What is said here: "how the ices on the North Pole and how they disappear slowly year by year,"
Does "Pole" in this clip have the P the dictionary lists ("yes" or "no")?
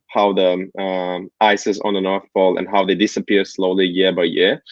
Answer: no